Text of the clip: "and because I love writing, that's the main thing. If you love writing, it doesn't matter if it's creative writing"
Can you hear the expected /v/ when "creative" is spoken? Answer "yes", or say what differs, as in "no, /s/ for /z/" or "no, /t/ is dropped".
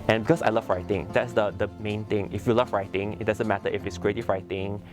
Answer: no, /f/ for /v/